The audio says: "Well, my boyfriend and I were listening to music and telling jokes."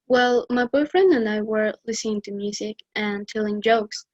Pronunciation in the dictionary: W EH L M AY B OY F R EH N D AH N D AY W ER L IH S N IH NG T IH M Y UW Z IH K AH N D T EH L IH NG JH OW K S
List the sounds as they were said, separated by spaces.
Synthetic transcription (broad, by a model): W EH L M AY B OY F R EH N D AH N AY W ER L IH S N IH NG T IH M Y UW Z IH K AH N T EH L IH NG JH OW K S